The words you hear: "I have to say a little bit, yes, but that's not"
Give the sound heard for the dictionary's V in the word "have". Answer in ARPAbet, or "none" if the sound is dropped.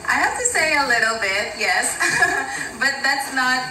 F